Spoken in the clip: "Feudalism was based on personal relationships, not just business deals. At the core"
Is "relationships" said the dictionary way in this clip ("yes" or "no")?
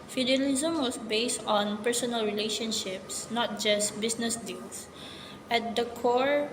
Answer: yes